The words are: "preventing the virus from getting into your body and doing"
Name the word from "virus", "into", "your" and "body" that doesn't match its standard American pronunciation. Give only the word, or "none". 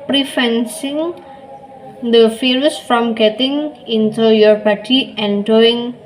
virus